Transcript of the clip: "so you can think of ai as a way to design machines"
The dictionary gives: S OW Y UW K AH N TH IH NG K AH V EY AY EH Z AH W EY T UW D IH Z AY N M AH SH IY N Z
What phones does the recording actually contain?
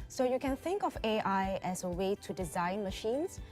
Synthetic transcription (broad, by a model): S OW Y UW K AH N TH IH NG K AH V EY AY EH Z AH W EY T UW D IH Z AY N M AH SH IY N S